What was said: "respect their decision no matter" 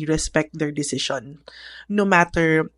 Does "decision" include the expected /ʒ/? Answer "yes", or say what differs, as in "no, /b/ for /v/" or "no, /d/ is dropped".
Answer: no, /ʃ/ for /ʒ/